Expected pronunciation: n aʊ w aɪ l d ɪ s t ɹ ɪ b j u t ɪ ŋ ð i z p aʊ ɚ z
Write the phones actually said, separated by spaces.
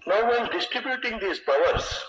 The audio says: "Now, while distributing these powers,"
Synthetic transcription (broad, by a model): n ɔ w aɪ n d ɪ s t ɹ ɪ b j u t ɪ ŋ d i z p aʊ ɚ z